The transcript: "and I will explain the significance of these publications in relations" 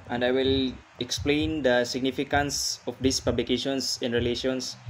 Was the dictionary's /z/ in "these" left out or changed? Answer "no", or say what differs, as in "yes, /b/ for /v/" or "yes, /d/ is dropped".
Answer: yes, /s/ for /z/